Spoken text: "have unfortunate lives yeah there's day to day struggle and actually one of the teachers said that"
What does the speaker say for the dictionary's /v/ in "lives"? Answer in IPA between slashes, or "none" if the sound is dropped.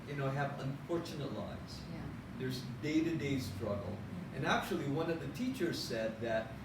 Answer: none